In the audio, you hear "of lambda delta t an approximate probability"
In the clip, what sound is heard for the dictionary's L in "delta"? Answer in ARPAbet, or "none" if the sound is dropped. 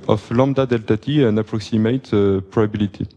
L